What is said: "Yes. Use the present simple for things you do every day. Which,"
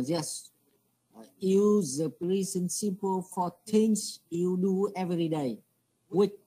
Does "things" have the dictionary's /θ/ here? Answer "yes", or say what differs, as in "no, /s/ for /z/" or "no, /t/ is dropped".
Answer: no, /t/ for /θ/